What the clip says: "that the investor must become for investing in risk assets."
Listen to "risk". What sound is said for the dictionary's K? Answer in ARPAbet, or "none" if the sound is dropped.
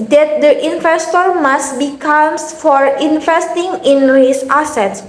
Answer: none